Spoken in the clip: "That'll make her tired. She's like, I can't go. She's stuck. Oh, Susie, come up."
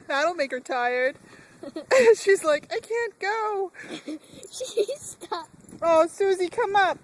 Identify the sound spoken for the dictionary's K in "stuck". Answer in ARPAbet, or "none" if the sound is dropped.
none